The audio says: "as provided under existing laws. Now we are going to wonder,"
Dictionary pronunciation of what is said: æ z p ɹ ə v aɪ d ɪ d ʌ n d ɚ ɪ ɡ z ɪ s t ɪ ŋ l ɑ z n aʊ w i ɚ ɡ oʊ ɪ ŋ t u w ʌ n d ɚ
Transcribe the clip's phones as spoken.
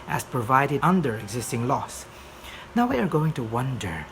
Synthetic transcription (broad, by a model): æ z p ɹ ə v aɪ d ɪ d ʌ n d ɚ ɪ ɡ z ɪ s t ɪ ŋ l ɑ s n aʊ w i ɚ ɡ oʊ ɪ ŋ t u w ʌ n d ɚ